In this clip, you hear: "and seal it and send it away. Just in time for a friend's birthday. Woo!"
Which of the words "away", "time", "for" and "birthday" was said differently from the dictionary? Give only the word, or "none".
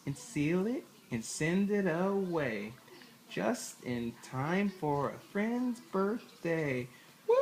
none